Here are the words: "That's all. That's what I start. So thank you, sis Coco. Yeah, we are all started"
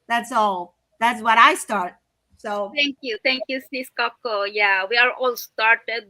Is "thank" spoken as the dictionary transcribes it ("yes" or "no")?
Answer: no